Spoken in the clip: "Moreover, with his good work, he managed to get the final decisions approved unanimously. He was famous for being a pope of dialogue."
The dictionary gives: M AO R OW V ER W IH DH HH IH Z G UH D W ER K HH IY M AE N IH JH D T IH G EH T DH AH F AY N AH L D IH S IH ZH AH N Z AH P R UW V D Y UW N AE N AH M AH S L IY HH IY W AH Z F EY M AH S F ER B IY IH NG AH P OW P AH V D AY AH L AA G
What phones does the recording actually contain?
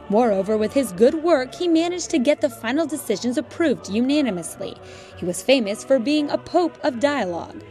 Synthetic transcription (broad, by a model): M AO R OW V ER W IH DH IH Z G UH D W ER K HH IY M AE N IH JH T IH G EH T DH AH F AY N L D IH S IH ZH AH N Z AH P R UW V D Y UW N AE N AH M AH S L IY HH IY W AH Z F EY M AH S F ER B IY IH NG AH P OW P AH V D AY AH L AA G